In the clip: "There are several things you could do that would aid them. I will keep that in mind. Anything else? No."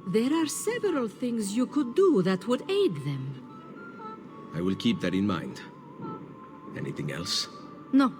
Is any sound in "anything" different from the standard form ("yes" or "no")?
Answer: no